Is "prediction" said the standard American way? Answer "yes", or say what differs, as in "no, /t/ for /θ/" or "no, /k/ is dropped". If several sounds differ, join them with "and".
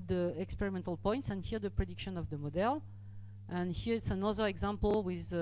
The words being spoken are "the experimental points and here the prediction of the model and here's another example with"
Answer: yes